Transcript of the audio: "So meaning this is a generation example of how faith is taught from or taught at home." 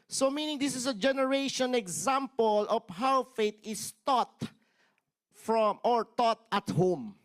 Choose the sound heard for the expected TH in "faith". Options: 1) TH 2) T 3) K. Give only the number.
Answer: 2